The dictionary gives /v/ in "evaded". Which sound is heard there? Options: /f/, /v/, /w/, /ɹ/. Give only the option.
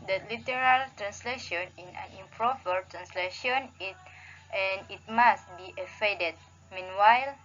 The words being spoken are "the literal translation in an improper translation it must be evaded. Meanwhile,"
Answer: /f/